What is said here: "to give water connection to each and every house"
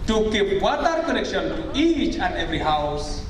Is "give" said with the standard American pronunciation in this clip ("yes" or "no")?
no